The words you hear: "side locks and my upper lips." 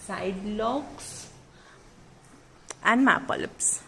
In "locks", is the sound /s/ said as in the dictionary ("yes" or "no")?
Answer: yes